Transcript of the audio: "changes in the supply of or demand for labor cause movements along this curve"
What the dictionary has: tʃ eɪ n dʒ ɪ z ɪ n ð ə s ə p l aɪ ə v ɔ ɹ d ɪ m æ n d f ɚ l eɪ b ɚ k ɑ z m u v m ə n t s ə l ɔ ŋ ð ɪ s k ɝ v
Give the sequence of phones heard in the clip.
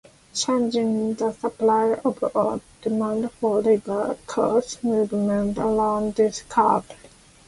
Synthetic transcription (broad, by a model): tʃ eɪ n dʒ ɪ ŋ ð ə s ə p l aɪ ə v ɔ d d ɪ m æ n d f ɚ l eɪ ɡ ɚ k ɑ s m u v m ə n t ə l ɔ ŋ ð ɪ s k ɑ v